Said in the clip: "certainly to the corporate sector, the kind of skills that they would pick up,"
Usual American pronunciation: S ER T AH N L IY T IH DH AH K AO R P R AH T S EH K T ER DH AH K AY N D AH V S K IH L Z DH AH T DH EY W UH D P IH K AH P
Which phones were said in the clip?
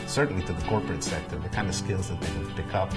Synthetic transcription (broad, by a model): S ER T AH N L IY T IH DH AH K AO R P R AH T S EH K T ER DH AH K AY N D AH V S K IH L Z DH AH T DH EY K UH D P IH K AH P